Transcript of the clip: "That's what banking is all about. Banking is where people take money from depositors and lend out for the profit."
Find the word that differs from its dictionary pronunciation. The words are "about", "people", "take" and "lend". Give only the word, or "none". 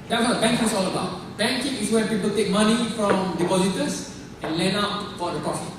lend